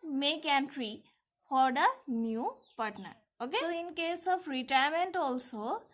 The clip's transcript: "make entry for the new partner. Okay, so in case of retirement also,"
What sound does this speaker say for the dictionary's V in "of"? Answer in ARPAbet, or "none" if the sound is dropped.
P